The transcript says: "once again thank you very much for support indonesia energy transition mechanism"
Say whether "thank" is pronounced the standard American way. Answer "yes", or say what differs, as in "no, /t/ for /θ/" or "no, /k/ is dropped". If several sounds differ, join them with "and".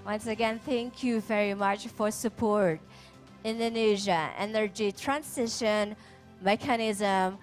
yes